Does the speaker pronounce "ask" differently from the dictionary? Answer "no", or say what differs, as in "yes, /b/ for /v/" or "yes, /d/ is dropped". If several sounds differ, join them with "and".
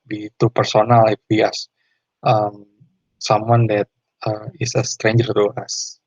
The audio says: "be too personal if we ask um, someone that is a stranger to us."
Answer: yes, /k/ is dropped